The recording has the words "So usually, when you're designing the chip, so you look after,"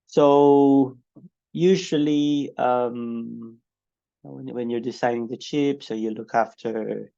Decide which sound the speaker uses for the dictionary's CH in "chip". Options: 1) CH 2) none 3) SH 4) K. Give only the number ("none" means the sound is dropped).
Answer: 1